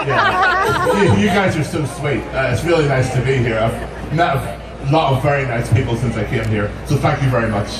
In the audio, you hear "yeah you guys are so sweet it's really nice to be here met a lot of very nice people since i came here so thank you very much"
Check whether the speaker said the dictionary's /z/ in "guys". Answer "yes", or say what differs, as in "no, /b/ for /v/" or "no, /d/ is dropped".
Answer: yes